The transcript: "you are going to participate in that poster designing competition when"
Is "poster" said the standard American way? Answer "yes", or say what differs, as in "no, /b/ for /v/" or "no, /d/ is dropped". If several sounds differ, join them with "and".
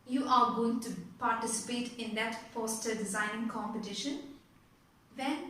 no, /f/ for /p/